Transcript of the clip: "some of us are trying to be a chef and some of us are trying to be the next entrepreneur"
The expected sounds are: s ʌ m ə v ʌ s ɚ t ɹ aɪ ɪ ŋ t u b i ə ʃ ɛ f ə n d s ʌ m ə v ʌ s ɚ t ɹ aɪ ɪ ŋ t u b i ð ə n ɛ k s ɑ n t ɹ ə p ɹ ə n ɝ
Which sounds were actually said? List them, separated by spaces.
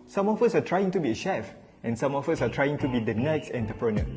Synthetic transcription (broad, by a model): s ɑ m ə f ʌ s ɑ t ɹ aɪ ɪ ŋ t u b i ə ʃ ɛ f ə n s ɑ m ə f ʌ s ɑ t ɹ aɪ ɪ ŋ t u b i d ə n ɛ k s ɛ n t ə p ɹ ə n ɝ